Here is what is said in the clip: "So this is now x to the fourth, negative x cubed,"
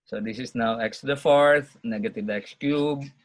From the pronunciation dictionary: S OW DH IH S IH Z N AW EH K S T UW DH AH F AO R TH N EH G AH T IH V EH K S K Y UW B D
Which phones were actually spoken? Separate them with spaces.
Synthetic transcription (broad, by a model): S OW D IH S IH S N AW EH K S T UW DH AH F AO R TH N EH G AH T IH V EH K S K Y UW B